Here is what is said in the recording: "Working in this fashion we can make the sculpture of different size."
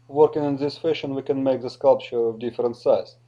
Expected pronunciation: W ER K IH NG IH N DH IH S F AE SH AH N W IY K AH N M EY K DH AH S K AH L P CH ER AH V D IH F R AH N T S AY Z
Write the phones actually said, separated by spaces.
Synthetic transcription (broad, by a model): W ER K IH NG IH N DH IH S F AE SH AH N W IY K AH N M EY K DH AH S K AH L P CH ER AH V D IH F R AH N T S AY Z